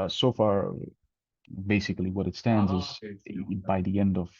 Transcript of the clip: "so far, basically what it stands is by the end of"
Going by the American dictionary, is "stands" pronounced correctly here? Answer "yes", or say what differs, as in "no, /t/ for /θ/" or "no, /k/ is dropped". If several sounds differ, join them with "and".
yes